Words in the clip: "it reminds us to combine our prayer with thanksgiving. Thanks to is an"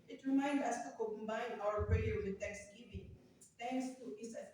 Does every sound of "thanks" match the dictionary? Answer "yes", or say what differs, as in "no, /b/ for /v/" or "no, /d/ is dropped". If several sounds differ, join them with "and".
no, /t/ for /θ/